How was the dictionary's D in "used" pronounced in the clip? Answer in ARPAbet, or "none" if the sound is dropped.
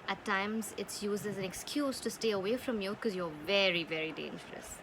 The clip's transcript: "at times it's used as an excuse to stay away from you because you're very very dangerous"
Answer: none